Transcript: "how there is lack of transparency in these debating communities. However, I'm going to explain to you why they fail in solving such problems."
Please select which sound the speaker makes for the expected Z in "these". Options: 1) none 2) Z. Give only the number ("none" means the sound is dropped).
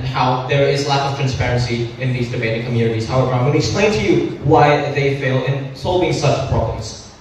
2